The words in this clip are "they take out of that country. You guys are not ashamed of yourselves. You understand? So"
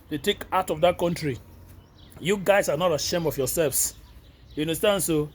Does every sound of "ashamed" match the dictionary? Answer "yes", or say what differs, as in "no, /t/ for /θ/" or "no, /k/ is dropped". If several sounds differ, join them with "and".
no, /d/ is dropped